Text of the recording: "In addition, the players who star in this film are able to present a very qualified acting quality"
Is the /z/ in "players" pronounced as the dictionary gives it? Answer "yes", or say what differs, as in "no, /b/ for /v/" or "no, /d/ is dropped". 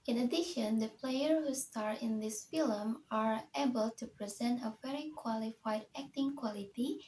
no, /z/ is dropped